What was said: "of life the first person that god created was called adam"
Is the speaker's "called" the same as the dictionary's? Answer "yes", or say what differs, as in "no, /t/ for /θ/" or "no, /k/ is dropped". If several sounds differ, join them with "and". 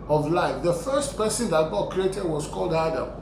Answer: yes